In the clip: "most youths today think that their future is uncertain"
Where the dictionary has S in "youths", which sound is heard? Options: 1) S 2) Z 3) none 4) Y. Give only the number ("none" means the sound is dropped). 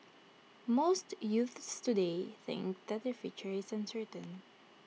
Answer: 1